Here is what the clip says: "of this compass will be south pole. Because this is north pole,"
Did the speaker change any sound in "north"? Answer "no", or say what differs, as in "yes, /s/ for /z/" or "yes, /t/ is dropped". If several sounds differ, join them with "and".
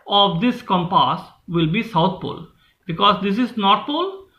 yes, /t/ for /θ/